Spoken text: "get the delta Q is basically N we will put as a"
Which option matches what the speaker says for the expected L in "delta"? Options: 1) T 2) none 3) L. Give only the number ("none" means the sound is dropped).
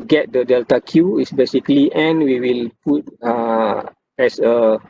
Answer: 3